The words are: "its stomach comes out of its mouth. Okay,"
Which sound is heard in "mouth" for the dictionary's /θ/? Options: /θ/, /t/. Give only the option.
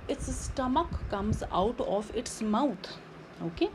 /t/